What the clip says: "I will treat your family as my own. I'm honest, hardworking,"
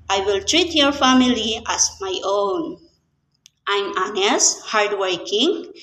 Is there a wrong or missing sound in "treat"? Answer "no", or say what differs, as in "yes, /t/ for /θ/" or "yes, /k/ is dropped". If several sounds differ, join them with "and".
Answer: no